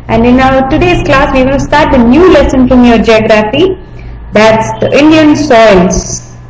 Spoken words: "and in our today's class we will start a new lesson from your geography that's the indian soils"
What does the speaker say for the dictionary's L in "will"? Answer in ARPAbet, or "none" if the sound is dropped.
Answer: N